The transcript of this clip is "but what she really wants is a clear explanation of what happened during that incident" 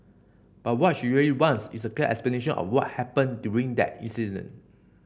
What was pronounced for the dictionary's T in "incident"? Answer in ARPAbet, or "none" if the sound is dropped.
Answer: none